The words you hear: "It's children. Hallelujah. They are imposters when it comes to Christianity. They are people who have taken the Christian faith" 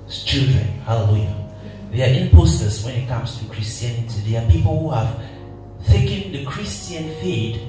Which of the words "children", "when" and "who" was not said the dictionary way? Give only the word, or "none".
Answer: none